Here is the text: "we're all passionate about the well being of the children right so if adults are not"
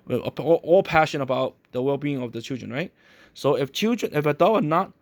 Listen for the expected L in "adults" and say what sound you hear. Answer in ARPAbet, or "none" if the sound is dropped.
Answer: N